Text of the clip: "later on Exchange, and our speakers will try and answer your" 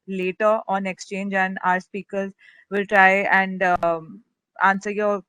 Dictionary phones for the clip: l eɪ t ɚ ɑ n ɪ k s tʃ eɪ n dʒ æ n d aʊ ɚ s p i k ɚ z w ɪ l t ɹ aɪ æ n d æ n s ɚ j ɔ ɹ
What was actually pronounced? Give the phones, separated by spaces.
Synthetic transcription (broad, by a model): l eɪ t ɚ ɑ n ɪ k s tʃ eɪ n dʒ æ n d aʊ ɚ s p i k ɚ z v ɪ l t ɹ aɪ æ n d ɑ n s ɚ j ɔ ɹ